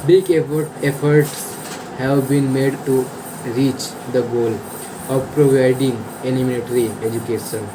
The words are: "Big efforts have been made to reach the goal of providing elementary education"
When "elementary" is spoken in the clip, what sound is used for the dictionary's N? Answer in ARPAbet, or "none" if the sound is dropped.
L